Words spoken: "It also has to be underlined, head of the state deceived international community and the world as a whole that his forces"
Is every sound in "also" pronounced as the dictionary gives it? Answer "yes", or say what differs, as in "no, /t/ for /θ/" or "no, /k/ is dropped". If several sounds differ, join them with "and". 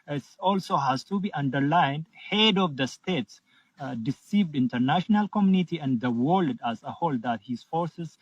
yes